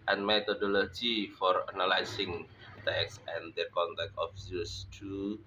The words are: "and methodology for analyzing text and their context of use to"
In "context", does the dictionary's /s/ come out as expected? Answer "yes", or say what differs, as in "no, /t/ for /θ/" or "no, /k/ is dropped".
no, /s/ is dropped